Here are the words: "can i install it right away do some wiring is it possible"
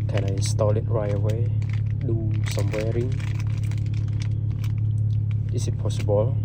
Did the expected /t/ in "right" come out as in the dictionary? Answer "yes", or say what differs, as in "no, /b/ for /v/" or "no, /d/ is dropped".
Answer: no, /t/ is dropped